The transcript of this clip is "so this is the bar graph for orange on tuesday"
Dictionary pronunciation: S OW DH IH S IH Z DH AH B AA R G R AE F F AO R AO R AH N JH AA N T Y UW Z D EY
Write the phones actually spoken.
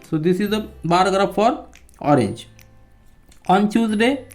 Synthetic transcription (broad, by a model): S OW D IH S IH Z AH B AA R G R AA P F AO R AO R AH N JH AA N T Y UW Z D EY